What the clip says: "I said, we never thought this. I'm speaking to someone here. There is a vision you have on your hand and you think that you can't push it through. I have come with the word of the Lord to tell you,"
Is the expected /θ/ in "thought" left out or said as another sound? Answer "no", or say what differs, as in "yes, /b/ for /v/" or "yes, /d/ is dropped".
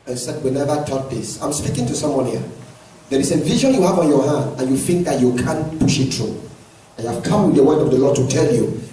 yes, /t/ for /θ/